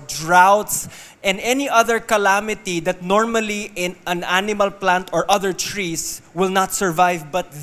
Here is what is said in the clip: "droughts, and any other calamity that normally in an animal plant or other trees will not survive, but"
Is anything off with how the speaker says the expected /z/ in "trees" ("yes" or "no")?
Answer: yes